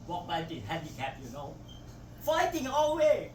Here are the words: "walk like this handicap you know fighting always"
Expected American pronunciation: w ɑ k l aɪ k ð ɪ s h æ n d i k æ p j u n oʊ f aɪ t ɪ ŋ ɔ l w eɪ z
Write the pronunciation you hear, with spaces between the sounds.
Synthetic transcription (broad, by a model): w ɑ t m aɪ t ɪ h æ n d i k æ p j u n oʊ f aɪ t ɪ ŋ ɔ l w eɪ